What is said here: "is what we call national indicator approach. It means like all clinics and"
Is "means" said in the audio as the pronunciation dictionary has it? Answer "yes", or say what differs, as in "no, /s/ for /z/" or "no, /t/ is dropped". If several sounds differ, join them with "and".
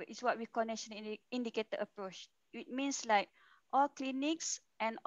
no, /s/ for /z/